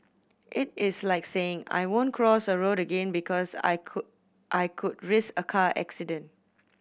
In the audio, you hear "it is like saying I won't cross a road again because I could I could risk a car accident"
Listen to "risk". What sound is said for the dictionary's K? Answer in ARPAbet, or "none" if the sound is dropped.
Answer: none